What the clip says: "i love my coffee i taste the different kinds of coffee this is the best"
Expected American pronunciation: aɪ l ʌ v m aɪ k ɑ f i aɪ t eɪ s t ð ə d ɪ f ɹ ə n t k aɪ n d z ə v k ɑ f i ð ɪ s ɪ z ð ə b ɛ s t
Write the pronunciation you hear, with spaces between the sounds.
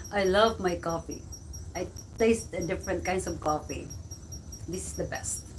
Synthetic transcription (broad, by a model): aɪ l ʌ v m aɪ k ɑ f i aɪ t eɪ s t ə d ɪ f ɹ ə n t k aɪ n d s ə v k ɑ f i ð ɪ s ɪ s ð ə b ɛ s t